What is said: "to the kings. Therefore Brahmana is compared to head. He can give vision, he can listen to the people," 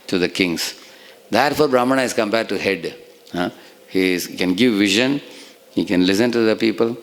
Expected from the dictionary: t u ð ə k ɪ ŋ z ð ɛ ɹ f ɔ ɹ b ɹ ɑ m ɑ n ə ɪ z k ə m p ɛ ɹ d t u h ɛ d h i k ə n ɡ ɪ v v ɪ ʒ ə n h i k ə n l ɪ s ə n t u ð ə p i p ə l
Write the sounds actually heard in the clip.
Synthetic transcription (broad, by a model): t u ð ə k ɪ ŋ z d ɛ ɹ f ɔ ɹ b ɹ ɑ m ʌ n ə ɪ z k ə m b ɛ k t u h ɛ d h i k ə n ɡ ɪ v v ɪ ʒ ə n h i k ə n l ɪ s ə n t u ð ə p i p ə l